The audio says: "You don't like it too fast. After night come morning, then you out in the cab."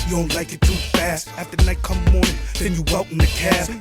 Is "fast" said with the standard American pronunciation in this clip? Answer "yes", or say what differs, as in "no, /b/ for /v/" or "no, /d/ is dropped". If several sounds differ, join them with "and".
yes